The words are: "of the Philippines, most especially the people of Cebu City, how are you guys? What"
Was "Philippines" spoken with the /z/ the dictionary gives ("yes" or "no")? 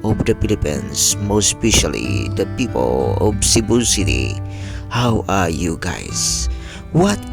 no